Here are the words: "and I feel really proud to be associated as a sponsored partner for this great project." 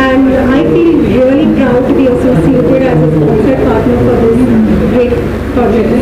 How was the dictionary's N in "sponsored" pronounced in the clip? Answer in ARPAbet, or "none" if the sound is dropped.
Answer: none